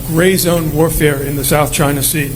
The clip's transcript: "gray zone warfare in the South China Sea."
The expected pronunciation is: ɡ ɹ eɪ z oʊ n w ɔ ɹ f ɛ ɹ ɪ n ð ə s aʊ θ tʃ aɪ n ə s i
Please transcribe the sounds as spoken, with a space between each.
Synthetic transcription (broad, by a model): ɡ ɹ eɪ z oʊ n w ɔ ɹ f ɛ ɹ ɪ n ð ə s aʊ θ tʃ aɪ n ə s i